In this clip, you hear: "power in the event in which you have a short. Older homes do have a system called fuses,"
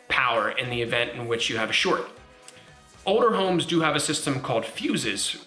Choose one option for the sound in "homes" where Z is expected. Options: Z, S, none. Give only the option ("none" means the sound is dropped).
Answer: Z